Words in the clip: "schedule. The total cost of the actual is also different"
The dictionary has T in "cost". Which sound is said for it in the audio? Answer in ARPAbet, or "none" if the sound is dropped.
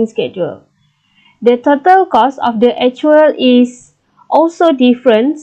none